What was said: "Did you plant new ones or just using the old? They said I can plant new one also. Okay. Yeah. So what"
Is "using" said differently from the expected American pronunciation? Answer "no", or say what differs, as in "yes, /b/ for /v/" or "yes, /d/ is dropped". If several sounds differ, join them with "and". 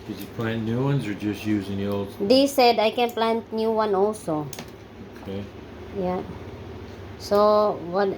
no